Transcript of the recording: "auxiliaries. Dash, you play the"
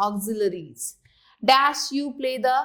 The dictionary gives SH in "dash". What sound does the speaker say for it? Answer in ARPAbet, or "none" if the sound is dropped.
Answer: S